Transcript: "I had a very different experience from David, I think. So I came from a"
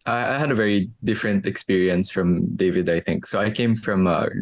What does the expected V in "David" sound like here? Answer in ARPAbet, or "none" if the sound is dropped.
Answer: V